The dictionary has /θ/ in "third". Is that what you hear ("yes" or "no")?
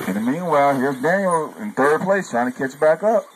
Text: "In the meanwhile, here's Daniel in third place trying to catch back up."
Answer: yes